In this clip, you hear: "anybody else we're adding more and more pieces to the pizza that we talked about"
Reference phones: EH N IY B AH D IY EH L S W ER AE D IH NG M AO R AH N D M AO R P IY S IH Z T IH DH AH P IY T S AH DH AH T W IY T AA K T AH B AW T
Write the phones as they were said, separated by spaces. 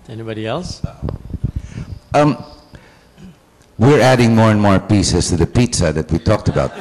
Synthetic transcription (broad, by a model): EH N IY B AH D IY EH L S W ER AE D IH NG M AO R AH N M AO R P IY S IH S T IH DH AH P IY T S AH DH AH T W IY T AA K T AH B AW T